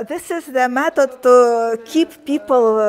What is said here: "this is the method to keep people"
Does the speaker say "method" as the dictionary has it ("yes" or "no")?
no